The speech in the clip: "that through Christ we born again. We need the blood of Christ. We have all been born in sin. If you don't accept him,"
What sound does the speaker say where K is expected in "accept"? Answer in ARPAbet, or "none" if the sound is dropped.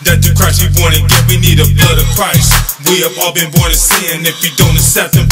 none